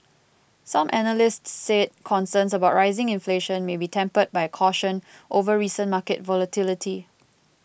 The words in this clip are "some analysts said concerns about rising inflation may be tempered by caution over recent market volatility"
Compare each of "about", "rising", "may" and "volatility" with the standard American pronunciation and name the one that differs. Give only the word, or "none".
none